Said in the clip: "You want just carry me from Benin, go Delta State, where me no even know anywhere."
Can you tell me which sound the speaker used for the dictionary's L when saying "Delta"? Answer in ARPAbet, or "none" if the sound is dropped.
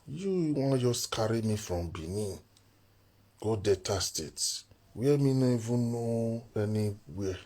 none